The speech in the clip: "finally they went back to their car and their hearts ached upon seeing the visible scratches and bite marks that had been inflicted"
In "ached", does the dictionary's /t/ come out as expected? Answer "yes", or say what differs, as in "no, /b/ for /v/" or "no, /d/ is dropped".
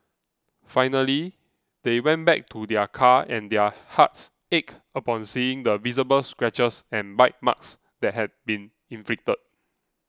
no, /t/ is dropped